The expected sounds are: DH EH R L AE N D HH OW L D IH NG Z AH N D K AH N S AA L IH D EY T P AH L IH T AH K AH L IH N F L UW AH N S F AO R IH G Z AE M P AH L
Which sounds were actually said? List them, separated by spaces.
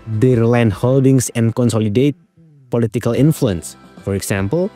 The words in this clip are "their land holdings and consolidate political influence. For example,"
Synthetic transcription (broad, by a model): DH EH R L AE N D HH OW L D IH NG S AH N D K AH N S AA L IH D EY T P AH L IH T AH K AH L IH N F L UW AH N S F AO R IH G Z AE M P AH L